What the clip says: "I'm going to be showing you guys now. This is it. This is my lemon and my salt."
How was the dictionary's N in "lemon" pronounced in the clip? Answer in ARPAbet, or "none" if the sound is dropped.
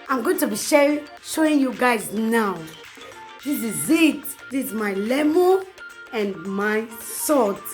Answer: none